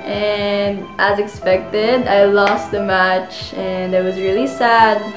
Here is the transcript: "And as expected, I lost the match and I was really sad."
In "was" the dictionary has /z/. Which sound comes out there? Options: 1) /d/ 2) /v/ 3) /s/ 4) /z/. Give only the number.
4